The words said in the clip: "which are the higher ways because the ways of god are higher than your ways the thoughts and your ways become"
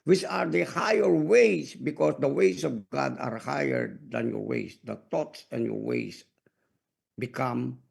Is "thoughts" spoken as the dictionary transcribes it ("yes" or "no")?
no